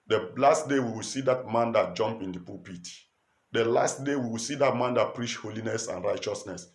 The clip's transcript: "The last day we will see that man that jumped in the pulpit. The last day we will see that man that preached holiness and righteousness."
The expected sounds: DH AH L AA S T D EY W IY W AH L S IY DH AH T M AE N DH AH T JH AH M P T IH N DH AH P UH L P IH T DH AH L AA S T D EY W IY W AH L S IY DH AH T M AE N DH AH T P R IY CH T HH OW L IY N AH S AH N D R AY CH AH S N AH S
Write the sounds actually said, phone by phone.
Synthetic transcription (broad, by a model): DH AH L AA S T D EY W IY W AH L S IY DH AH T M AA N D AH T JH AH M P IH N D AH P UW P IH T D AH L AA S T D EY W IY W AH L S IY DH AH T M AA N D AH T P R IY CH HH OW L IY N AH S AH N R AY CH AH S N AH S